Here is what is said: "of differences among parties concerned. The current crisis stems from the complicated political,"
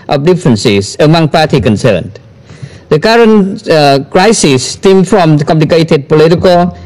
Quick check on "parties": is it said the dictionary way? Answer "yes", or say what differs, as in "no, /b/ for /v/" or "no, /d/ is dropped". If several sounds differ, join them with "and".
no, /z/ is dropped